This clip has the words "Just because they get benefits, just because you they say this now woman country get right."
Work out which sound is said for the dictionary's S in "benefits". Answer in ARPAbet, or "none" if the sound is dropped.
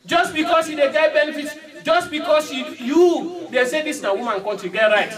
none